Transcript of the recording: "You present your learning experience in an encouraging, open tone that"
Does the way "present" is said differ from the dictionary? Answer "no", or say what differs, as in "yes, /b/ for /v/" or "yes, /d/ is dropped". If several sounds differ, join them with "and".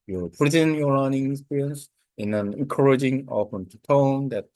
yes, /ɹ/ is dropped